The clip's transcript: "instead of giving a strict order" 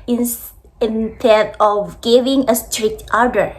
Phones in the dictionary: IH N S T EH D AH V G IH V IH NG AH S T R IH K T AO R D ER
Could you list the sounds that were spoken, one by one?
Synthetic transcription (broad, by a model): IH N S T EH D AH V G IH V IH NG AH S T R IH K T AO R D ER